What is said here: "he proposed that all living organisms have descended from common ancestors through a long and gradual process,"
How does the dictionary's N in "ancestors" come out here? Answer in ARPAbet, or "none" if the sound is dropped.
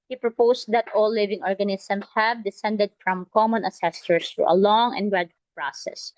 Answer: none